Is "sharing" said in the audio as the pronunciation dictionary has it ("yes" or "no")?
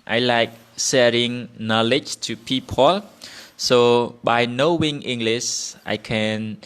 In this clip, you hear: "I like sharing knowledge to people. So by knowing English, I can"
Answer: no